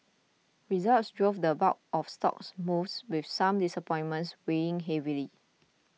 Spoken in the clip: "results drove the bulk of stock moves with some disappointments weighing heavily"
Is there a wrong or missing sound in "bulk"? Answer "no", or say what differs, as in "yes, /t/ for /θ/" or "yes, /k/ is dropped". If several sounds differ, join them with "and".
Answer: yes, /l/ is dropped